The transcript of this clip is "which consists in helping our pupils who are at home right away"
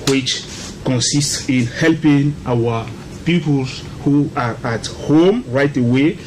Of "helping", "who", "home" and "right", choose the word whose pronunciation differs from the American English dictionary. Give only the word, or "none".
none